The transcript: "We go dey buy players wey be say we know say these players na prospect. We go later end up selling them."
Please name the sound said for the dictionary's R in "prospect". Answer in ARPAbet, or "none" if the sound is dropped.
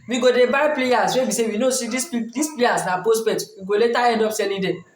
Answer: none